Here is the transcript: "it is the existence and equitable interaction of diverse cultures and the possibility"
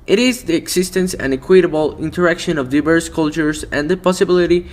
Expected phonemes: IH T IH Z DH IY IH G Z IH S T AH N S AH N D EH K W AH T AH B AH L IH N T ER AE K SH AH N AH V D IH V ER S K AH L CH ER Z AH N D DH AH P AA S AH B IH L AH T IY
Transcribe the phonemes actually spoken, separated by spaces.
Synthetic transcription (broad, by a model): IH T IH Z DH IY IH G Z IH S T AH N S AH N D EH K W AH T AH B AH L IH N T ER AE K SH AH N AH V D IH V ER S K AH L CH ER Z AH N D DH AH P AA S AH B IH L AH T IY